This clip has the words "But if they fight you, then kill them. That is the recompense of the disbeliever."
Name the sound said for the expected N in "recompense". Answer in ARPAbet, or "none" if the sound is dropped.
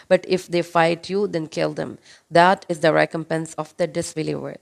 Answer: N